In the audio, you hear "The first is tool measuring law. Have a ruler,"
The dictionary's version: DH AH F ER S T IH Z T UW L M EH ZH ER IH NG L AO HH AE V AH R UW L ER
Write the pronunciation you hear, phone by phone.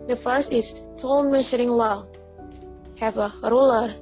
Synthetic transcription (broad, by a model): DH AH F ER S T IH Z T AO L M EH SH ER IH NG L AO HH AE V AH R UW L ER